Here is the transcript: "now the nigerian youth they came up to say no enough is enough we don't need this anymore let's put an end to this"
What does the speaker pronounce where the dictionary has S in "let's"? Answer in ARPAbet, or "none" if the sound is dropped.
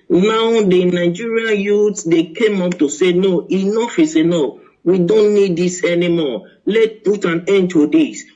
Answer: none